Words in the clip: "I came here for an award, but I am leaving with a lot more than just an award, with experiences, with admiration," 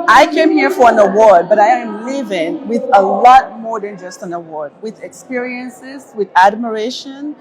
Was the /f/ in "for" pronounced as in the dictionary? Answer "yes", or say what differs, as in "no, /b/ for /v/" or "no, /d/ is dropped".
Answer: yes